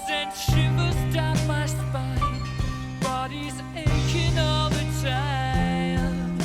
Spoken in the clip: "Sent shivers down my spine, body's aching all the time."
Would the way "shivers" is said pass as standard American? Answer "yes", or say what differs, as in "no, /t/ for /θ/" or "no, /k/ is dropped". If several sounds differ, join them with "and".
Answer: no, /w/ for /v/